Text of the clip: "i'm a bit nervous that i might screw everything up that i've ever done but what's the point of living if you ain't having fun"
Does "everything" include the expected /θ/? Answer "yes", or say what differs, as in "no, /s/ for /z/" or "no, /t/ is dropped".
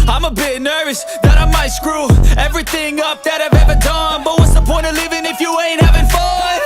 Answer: yes